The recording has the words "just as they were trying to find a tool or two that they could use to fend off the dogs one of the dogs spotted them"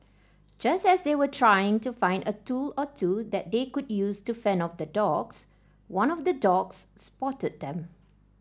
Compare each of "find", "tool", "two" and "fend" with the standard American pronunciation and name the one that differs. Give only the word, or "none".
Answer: fend